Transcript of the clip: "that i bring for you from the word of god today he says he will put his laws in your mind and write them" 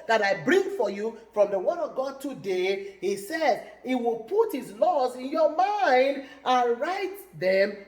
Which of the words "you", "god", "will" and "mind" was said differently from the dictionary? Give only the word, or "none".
none